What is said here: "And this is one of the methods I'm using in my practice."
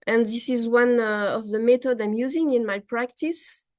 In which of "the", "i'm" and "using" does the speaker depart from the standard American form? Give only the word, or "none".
none